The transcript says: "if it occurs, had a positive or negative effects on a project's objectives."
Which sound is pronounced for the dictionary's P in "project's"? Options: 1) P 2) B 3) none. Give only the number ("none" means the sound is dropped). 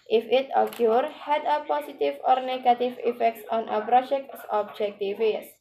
2